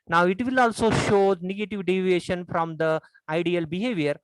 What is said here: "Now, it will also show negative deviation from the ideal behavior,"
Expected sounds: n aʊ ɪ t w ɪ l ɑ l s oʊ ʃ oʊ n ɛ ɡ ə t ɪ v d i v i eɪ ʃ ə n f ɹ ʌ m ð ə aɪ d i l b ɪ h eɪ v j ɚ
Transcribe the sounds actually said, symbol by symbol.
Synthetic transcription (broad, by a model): n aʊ ɪ t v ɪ l ɑ l s oʊ ʃ oʊ n ɛ ɡ ə t ɪ v d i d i eɪ ʃ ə n f ɹ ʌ m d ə aɪ d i l b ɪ h eɪ v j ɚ